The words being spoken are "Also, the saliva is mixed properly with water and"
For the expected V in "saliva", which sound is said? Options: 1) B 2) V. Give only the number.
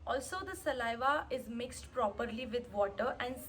2